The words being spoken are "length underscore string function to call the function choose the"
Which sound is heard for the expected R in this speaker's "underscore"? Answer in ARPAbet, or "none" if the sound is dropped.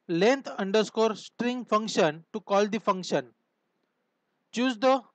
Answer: R